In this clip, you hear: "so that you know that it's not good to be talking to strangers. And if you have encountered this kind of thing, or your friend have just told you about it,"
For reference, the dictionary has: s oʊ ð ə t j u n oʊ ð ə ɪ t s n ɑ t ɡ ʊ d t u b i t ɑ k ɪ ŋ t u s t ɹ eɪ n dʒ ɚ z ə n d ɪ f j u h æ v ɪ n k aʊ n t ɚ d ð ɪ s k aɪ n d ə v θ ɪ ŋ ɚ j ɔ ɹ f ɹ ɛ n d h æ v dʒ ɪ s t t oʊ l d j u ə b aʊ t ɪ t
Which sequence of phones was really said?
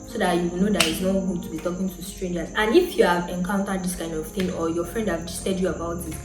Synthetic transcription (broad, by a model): s oʊ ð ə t j u n oʊ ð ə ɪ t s n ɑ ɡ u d t u b i t ɑ k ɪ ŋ t u s t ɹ eɪ n dʒ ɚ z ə n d ɪ f j u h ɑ v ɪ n k aʊ n t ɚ d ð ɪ s k aɪ n d ə v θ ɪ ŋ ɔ j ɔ f ɹ ɛ n d h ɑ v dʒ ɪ s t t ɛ d j u ə b aʊ t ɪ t